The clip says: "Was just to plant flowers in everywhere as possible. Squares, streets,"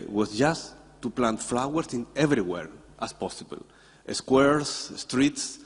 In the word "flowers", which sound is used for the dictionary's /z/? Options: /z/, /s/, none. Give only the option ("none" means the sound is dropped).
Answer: /s/